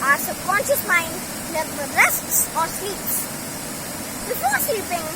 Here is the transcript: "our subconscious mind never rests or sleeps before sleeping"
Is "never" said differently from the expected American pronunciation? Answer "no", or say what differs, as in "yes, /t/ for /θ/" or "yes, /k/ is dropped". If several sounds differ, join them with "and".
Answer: yes, /f/ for /v/